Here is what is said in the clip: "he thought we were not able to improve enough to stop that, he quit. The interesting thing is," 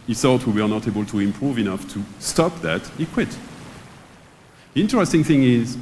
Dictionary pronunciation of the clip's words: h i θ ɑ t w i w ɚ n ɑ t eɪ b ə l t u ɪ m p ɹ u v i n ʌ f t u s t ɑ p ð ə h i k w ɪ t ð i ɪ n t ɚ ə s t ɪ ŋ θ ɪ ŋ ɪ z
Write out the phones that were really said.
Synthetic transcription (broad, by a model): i s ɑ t w i w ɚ n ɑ t eɪ b ə l t u ɪ m p ɹ u v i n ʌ f t u s t ɑ p ð ə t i k w ɪ t ð i ɪ n t ɚ ə s t ɪ ŋ θ ɪ ŋ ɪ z